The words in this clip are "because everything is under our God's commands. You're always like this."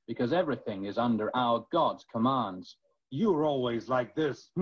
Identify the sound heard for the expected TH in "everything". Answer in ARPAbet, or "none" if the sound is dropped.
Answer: TH